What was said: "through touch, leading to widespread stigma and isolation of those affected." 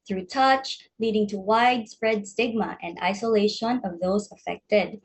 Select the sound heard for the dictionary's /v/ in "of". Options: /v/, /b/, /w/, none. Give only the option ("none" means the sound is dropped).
/v/